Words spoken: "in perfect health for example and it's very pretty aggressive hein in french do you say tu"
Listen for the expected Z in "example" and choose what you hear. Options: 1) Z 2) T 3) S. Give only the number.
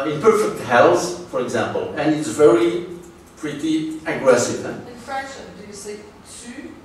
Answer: 1